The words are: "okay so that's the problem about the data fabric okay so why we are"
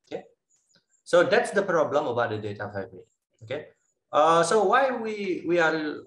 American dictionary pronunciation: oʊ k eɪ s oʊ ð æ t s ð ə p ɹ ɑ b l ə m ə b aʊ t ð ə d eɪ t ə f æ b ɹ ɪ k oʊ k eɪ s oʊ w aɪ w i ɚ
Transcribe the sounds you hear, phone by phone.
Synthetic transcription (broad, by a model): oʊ k eɪ s oʊ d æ t s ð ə p ɹ ɑ b l ə m ə b aʊ t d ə d eɪ t ə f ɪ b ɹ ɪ oʊ k eɪ s oʊ w aɪ w i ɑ